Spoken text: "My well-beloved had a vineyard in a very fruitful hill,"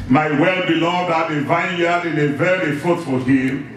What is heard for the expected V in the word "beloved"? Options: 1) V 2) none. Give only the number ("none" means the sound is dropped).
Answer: 2